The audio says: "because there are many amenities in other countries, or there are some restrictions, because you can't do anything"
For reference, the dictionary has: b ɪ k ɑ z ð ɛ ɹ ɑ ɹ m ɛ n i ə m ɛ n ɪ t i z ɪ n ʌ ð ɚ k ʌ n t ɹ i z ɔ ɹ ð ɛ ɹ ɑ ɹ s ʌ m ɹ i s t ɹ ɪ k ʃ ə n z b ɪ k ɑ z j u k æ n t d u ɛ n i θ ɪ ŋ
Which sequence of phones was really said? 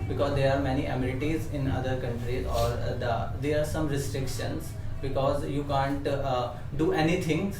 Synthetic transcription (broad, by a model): b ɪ k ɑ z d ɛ ɹ ɑ ɹ m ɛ n i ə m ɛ l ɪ t i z ɪ n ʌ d ɚ k ʌ n t ɹ i z ɔ ɹ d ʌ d ɑ ɹ s ʌ m ɹ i s t ɹ ɪ k ʃ ə n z b ɪ k ɑ z j u k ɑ n t d u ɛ n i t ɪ ŋ